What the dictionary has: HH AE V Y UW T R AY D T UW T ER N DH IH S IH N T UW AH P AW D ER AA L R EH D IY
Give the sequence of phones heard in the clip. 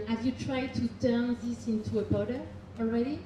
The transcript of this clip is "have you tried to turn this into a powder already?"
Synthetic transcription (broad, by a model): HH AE V Y UW T R AY D T UW T ER N DH IH S IH N T UW AH B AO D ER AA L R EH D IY